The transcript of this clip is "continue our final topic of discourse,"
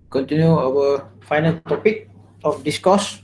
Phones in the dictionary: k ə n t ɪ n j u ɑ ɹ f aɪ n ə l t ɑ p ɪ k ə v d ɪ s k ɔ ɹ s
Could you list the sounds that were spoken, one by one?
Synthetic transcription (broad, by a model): k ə n t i n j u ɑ w f aɪ n ə l t ɑ p ɪ k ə f d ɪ s k ɔ s